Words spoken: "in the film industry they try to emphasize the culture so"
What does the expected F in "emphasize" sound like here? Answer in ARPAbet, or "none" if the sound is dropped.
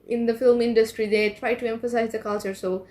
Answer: F